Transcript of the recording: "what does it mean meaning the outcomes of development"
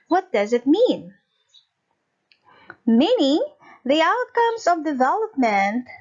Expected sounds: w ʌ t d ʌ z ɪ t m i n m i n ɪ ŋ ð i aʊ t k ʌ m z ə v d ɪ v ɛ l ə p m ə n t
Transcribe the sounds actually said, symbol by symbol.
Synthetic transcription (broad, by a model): w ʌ t d ʌ z ɪ t m i n m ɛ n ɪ ð i aʊ t k ʌ m z ə v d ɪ v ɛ l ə p m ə n t